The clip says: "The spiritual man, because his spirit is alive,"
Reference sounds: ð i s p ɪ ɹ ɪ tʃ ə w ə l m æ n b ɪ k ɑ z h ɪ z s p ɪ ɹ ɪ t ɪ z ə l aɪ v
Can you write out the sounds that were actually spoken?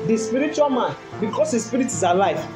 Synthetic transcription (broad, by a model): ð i s p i ɹ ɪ tʃ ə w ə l m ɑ n b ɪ k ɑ s h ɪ s p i ɹ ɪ t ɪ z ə l aɪ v